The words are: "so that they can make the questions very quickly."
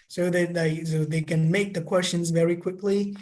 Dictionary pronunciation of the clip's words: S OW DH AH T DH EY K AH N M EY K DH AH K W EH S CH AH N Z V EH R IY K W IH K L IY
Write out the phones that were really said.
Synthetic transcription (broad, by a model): S OW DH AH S DH EY K AH N M EY K DH AH K W EH S CH AH N Z V EH R IY K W IH K L IY